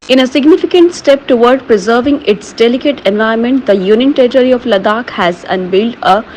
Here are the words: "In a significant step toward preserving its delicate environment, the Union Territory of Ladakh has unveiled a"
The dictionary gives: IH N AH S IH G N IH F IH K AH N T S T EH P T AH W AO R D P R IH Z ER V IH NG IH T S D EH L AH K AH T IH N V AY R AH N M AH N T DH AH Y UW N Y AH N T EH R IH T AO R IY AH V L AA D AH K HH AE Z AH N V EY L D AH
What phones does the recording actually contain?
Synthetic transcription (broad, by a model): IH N AH S IH G N IH F IH K AH N T S T EH P T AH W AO R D P R IH Z ER V IH NG IH T S D EH L AH K AH T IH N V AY AH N M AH N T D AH Y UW N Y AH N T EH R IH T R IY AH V L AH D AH K HH AE Z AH N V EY L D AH